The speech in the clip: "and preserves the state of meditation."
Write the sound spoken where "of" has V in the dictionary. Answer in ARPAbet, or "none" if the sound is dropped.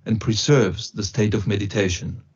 V